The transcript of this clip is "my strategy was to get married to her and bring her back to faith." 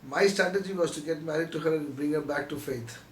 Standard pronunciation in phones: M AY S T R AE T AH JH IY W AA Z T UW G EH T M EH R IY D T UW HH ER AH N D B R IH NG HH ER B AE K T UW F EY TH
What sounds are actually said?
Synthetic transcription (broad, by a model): M AY S T R AE T AH JH IY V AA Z T UW G EH T M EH R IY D T UW HH ER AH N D B R IH NG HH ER B AE K T UW F EY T